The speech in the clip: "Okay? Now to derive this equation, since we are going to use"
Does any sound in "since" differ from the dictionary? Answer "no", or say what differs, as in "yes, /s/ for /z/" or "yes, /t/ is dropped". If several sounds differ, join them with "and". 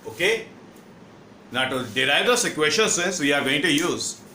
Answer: no